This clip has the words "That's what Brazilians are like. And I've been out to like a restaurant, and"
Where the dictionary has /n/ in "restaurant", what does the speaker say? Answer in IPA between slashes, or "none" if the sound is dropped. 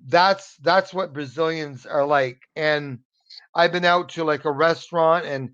/n/